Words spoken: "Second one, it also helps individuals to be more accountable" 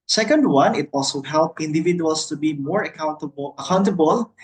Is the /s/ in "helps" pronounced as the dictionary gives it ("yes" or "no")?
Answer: no